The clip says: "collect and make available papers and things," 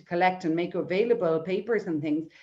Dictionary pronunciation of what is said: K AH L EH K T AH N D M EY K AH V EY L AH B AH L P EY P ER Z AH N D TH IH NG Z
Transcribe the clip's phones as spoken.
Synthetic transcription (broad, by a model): K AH L EH K T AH N M EY K AH V EY L AH B AH L P EY P ER Z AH N TH IH NG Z